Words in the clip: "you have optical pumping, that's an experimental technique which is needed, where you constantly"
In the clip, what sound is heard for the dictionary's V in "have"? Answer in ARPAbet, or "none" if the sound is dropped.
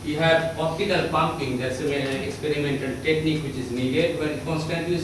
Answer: P